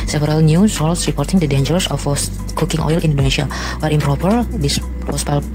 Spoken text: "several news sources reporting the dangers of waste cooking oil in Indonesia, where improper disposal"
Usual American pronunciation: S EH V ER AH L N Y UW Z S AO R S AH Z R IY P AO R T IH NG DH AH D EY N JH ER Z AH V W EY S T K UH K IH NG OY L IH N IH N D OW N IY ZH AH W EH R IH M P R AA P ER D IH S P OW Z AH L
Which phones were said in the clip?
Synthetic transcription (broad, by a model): S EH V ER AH L N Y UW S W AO L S R IY P AO R T IH NG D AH D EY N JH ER S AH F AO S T K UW K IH NG OY L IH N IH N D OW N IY SH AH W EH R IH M P R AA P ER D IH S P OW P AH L